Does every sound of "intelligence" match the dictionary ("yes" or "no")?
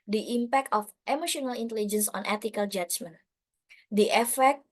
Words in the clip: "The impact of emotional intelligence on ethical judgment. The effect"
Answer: yes